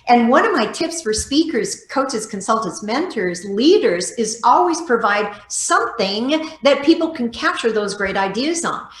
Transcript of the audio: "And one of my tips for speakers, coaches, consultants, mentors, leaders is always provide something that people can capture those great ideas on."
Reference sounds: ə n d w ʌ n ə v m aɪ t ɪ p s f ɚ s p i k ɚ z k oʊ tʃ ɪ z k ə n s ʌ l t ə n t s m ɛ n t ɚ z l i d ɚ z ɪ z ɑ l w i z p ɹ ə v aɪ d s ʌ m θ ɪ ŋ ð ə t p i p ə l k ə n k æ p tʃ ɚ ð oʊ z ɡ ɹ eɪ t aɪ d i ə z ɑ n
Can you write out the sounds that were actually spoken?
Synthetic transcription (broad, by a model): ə n w ʌ n ə v m aɪ t ɪ p s f ɚ s p i k ɚ z k oʊ tʃ ɪ z k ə n s ʌ l t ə n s m ɛ n t ɚ z l i d ɚ z ɪ z ɑ l w i z p ɹ ə v aɪ d s ʌ m θ ɪ ŋ ð ə t p i p l k n k æ p tʃ ɚ ð oʊ z ɡ ɹ eɪ t aɪ d i ə z n